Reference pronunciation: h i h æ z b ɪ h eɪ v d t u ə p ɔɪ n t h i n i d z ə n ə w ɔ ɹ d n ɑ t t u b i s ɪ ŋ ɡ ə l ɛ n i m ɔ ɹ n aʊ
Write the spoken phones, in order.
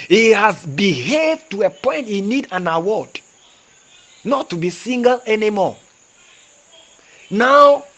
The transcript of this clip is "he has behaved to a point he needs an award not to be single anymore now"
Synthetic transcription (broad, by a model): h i h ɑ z b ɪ h eɪ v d t u ə p ɔɪ n t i n i d ə n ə w ɔ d n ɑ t t u b i s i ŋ ɡ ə l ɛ n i m ɔ n aʊ